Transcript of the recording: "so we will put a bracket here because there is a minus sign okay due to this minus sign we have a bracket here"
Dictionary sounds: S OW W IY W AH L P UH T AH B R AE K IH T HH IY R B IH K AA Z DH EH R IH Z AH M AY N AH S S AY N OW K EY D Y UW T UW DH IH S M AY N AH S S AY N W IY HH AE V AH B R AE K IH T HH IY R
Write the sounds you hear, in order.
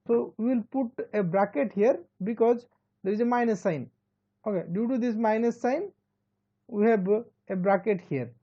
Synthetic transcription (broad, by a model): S OW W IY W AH L P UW T AH B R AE K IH T HH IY R B IH K AA Z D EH R IH Z AH M AY N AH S S AY N OW K EY D Y UW T UW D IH S M AY N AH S S AY N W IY HH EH B AH B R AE K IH T HH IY R